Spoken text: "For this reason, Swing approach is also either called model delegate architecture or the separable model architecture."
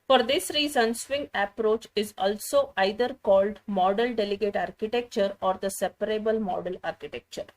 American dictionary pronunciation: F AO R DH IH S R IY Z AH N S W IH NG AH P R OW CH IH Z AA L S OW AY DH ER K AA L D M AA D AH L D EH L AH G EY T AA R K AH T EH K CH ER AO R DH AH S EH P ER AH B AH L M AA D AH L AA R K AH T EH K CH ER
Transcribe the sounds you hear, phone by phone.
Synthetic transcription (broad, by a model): F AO R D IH S R IY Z AH N S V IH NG AH P R OW CH IH Z AA L S OW AY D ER K AA L D M AA D AH L D EH L AH G EY T AA R K AH T EH K CH ER AO R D AH S EH P ER AH B AH L M AA D AH L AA R K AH T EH K CH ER